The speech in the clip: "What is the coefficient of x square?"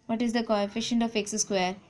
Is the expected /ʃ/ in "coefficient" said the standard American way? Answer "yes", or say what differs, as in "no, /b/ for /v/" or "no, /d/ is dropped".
yes